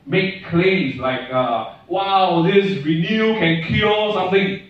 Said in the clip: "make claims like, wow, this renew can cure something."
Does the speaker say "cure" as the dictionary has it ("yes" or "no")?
no